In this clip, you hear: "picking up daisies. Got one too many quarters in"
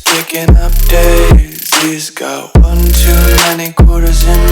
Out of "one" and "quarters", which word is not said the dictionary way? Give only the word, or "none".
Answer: none